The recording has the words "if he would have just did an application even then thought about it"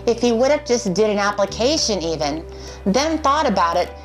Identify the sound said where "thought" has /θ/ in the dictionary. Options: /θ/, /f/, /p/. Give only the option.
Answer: /θ/